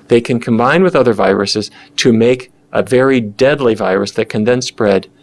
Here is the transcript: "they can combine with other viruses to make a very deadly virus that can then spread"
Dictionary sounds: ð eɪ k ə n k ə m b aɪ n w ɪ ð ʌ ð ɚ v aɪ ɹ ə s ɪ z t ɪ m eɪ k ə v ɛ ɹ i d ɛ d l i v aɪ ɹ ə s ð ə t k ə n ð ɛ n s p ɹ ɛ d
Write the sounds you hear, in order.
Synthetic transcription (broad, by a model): ð eɪ k ə n k ə m b aɪ n w ɪ ð ʌ ð ɚ v aɪ ɹ ə s ɪ z t ɪ m eɪ k ə v ɛ ɹ i d ɛ d l i v aɪ ɹ ə s ð ə t k ə n ð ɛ n s p ɹ ɛ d